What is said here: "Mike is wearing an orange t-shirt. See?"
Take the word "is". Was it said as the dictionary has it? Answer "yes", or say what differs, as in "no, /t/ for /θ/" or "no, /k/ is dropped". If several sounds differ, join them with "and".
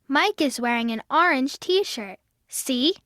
yes